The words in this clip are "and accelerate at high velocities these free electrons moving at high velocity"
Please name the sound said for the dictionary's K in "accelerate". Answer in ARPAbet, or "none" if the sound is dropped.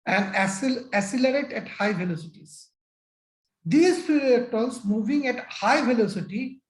none